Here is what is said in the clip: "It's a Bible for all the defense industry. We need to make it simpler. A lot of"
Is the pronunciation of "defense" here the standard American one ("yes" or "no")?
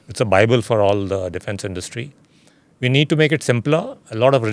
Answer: yes